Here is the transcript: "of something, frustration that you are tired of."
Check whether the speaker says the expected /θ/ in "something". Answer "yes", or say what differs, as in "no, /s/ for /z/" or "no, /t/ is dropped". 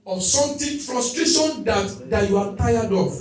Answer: no, /t/ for /θ/